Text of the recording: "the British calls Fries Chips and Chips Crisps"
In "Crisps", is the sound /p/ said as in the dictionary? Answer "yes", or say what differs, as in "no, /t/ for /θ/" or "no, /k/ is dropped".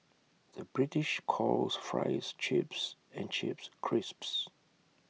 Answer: yes